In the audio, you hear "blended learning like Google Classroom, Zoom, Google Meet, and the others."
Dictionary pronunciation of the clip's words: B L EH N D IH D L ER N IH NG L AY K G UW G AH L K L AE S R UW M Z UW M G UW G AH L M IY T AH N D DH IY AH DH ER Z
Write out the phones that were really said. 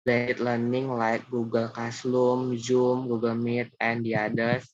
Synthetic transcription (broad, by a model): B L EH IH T L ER N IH NG L AY K G UW G AH L K AA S L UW M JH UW M G UW G AH L M IY T AH N D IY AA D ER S